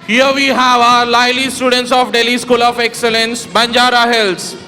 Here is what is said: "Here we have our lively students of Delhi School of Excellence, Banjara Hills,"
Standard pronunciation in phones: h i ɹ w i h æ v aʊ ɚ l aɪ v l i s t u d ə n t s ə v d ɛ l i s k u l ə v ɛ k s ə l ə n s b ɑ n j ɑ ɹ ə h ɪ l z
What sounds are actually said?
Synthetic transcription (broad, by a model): h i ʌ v i h æ v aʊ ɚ l aɪ l i s t u d ə n t s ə f d ɛ l i s k u l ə f ɛ k s ə l ə n s b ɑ n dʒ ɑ ɹ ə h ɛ l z